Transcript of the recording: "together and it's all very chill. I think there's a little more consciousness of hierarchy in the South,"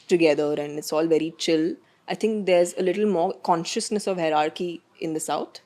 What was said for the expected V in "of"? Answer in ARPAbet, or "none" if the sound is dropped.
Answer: V